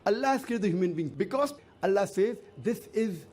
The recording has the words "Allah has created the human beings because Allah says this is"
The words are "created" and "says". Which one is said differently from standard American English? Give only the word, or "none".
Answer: created